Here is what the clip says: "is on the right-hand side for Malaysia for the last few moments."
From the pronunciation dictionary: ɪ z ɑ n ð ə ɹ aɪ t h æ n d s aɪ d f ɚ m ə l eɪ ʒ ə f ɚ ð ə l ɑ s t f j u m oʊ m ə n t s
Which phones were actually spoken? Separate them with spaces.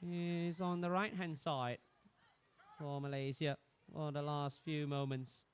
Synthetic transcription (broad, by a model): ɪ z ɑ n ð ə ɹ aɪ t h æ n d s aɪ d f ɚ m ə l eɪ z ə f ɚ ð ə l ɑ s t f j u m oʊ m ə n t s